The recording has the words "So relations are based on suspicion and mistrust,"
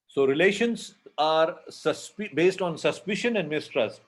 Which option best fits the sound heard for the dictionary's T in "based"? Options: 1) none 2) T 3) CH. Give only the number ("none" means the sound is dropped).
2